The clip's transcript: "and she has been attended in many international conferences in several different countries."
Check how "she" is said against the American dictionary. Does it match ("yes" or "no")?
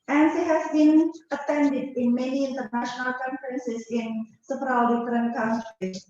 no